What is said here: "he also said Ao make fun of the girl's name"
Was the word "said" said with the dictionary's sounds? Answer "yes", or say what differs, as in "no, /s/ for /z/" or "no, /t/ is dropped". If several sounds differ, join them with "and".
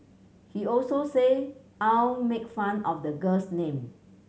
no, /d/ is dropped